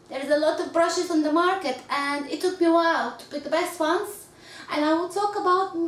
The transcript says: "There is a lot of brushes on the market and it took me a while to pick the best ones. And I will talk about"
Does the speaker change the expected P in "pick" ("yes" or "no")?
yes